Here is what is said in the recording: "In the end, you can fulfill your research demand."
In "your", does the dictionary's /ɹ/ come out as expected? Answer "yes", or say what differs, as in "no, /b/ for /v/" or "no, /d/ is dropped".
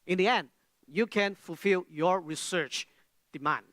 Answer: yes